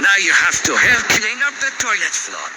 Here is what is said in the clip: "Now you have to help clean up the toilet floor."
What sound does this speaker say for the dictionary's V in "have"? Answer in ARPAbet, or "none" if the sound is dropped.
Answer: F